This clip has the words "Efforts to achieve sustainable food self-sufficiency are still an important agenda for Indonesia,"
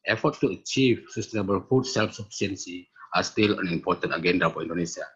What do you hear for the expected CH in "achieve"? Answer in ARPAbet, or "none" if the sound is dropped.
CH